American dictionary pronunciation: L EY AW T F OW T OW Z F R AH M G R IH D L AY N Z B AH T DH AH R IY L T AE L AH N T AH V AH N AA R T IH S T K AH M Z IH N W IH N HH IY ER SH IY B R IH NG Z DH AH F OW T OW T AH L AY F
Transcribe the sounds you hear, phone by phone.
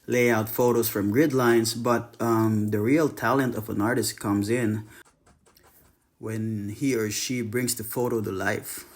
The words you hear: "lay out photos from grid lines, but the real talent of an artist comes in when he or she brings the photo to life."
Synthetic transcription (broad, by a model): L EY AW T F OW T OW Z F R AH M G R IH D L AY N Z B AH T DH AH R IY L T AE L AH N T AH V AH N AA R T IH S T K AH M Z IH N W IH N HH IY ER SH IY B R IH NG Z DH AH F OW T OW T AH L AY F